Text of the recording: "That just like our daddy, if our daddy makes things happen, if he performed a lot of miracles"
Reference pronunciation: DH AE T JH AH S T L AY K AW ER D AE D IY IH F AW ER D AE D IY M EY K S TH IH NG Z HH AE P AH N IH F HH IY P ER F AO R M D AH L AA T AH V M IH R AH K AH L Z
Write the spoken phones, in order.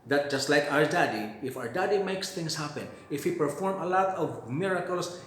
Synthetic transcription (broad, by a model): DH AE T JH AH S T L AY K AW ER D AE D IY IH F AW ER D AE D IY M EY K S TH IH NG S HH AE P AH N IH F HH IY P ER F AO R M AH L AA T AH V M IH R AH K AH L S